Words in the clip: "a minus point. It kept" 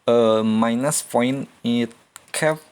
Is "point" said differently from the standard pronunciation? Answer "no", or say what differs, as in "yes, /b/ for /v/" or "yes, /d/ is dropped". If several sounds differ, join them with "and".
yes, /t/ is dropped